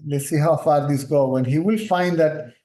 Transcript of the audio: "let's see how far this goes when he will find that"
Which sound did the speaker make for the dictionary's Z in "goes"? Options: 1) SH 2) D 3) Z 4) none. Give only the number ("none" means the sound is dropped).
4